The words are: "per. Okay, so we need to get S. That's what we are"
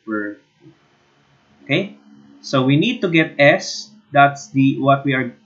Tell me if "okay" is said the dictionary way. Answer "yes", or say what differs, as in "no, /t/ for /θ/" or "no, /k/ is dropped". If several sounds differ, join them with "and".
yes